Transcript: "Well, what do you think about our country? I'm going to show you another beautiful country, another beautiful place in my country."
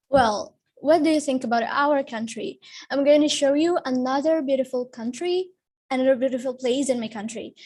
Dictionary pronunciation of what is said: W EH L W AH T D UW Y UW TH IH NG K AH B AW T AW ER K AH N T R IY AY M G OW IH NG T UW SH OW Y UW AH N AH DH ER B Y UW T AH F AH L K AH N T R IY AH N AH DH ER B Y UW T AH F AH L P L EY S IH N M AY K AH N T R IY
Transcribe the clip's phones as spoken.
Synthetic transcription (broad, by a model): W EH L W AH T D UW Y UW TH IH NG K AH B AW T AW ER K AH N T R IY AY M G OW IH NG T UW SH OW Y UW AH N AH DH ER B Y UW T AH F AH L K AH N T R IY AH N AH DH ER B Y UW T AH F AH L P L EY S IH N M AY K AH N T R IY